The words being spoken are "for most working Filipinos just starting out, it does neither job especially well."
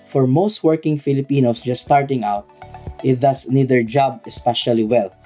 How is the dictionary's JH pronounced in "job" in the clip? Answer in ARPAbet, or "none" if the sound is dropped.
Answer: JH